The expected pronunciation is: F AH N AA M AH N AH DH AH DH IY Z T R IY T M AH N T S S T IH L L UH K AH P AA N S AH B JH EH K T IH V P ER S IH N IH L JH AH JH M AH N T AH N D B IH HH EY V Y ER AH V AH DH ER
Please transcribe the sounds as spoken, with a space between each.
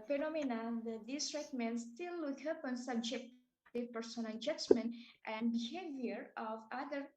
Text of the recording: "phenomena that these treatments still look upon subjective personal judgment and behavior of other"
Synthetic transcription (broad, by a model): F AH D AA M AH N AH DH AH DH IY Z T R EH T M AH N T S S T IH L W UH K AH P AA N S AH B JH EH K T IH P ER S IH N IH L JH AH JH M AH N T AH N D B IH HH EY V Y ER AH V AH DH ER